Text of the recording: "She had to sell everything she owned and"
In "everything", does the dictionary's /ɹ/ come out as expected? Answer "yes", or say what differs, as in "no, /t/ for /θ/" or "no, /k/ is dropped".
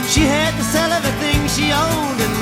no, /ɹ/ is dropped